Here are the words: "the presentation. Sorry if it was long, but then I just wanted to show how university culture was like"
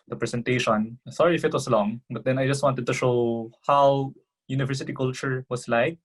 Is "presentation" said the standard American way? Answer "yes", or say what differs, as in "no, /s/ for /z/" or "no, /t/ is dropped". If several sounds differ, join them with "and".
no, /s/ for /z/